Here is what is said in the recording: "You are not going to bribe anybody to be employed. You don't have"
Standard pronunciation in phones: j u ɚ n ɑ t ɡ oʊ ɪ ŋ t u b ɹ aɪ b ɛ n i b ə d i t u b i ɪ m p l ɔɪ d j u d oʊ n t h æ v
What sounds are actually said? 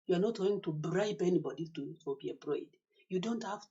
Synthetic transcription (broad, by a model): j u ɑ n ɑ t ɡ oʊ ɪ ŋ t u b ɹ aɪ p ɛ n i b ə d i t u b i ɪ p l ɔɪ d j u d oʊ n t h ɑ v